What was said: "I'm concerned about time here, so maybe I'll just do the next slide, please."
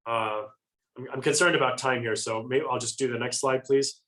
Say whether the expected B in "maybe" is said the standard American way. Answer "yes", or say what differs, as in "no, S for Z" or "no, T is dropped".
no, B is dropped